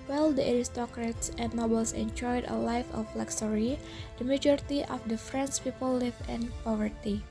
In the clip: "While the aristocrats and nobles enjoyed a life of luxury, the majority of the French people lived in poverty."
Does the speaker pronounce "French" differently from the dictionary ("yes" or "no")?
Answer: yes